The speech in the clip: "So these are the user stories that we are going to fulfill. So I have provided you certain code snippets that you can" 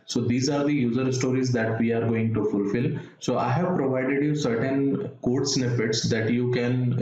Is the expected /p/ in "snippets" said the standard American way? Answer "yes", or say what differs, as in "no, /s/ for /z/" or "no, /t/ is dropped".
no, /f/ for /p/